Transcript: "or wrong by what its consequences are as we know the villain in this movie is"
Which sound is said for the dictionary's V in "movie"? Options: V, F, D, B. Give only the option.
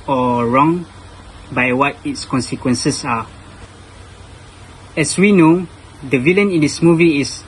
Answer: V